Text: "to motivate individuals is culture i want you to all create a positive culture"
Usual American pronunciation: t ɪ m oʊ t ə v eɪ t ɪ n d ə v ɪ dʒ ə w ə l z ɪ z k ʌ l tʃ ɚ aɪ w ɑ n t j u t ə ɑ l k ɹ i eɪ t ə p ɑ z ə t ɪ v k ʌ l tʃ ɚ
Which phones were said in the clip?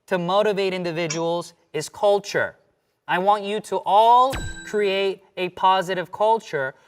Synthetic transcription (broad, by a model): t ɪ m oʊ t ə v eɪ t ɪ n d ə v ɪ dʒ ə w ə l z ɪ z k ʌ l tʃ ɚ aɪ w ɑ n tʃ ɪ t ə ɑ l k ɹ i eɪ t ə p ɑ z ə t ɪ v k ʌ l tʃ ɚ